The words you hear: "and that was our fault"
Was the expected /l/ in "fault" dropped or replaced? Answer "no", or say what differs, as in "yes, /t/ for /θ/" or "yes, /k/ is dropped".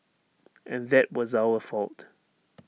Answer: no